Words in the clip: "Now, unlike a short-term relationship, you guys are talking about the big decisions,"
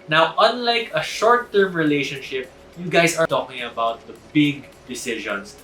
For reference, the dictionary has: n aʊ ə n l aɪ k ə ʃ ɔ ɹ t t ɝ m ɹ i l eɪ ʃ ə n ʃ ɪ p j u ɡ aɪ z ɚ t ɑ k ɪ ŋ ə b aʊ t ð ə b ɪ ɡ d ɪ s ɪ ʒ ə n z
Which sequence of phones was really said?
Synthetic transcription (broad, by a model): n aʊ ə n l aɪ k ə ʃ ɔ ɹ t t ɝ m ɹ i l eɪ ʃ ə n ʃ ɪ p j u ɡ aɪ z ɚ t ɑ k ɪ ŋ ə b aʊ t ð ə b ɪ ɡ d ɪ s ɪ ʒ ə n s